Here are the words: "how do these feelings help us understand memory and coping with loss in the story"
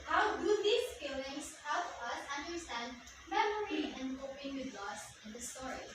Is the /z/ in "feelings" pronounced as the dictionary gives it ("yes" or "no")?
no